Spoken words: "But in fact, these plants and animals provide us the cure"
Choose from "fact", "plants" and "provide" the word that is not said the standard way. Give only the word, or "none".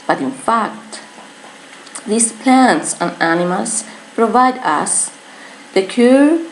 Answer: none